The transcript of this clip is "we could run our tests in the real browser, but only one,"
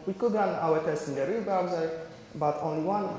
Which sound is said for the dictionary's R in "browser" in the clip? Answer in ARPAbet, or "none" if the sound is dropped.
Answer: none